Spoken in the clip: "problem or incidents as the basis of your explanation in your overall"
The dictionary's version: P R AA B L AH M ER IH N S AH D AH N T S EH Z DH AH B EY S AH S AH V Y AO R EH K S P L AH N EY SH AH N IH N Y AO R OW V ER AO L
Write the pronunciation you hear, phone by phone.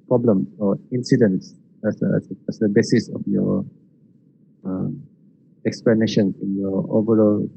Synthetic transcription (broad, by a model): P R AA B L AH M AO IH N S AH D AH N S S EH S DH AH B EY S AH S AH F Y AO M EH K S P L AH N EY SH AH N IH N Y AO OW V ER AO L